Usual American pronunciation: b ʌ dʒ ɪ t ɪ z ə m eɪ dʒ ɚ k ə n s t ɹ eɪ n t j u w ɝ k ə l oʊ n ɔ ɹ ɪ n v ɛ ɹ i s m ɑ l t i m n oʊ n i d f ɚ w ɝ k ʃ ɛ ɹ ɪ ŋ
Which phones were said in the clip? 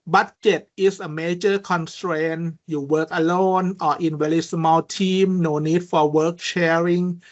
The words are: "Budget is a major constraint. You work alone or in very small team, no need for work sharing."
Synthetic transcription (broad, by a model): b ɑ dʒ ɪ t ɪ s ə m eɪ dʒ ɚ k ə n s t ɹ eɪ n j u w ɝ k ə l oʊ n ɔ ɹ ɪ n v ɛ l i s m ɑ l t i m n oʊ n i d f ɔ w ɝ k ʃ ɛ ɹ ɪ ŋ